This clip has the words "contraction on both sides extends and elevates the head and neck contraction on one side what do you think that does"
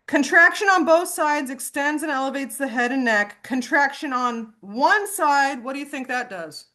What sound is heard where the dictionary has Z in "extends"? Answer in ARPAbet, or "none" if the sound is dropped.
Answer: Z